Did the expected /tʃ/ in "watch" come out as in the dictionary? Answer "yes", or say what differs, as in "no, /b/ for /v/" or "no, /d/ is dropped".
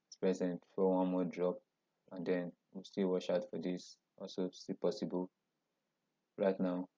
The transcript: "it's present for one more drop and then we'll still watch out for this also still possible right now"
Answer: no, /ʃ/ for /tʃ/